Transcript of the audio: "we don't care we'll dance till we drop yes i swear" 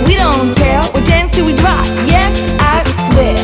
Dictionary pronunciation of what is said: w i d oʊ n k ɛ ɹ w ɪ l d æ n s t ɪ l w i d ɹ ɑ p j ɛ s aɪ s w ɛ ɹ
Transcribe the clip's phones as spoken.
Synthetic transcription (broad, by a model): w i d oʊ n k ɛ l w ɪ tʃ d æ n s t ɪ w i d ɹ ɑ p j ɛ s aɪ s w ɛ